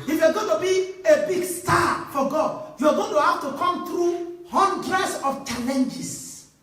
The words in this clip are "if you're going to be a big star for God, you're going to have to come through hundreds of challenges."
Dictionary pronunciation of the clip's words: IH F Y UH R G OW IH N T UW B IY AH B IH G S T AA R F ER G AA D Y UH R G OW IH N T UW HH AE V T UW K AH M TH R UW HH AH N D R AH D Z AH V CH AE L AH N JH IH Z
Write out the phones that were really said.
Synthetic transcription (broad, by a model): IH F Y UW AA G OW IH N T UW B IY AH B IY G S T AA F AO G AA D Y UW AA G OW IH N T UW HH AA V T UW K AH M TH R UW HH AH N D R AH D S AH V CH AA L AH N JH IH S